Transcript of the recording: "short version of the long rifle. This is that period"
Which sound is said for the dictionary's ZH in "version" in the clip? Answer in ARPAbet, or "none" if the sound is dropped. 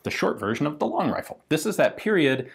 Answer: ZH